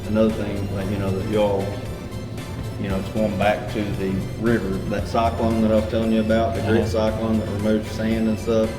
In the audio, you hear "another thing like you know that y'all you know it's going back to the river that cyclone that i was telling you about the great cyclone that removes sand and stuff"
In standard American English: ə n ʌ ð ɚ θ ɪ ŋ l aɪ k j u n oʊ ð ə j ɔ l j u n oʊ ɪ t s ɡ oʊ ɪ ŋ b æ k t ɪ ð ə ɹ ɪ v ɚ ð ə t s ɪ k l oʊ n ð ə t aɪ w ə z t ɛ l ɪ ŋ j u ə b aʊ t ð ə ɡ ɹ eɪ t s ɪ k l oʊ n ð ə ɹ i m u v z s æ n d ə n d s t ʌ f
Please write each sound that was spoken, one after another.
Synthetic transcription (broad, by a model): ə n ʌ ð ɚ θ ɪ ŋ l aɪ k j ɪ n oʊ ð ə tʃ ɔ l j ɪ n oʊ ɪ t s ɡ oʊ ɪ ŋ b æ k t ɪ ð ə ɹ ɪ v ɚ ð ə t s ɪ k l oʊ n ð ə t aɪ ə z t ɛ l ɪ ŋ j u ə b aʊ t ð ə ɡ ɹ eɪ t s ɪ k l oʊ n ð ə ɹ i m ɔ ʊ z s æ n d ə n s t ʌ f